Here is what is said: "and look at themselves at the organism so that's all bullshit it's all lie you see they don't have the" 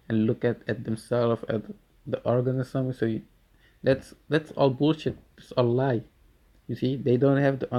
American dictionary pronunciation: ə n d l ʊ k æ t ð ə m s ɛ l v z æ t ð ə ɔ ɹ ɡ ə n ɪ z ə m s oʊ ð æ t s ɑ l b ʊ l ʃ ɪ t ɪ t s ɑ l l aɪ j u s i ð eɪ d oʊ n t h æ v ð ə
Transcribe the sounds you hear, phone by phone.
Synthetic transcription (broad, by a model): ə n l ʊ k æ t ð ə m s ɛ l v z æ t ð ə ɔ ɹ ɡ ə n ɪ s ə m s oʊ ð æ t s ɑ l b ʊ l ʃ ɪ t ɪ t s ɑ l l aɪ j u s i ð eɪ d oʊ n t h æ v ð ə